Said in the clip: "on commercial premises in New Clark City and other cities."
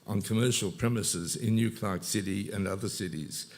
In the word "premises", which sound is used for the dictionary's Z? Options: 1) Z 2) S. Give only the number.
1